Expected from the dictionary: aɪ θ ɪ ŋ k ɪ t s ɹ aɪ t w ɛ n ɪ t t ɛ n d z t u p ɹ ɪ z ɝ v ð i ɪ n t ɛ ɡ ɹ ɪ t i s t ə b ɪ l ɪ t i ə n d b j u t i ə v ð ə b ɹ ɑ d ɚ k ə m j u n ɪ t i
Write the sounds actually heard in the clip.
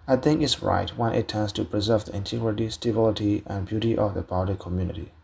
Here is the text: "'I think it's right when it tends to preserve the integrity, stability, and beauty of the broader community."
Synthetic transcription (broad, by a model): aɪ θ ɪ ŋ ɪ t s ɹ aɪ t w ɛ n ɪ t t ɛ n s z t u p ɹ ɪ z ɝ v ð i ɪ n t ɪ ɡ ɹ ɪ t i s t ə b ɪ l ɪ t i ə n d b j u t i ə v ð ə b ɑ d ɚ k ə m j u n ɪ t i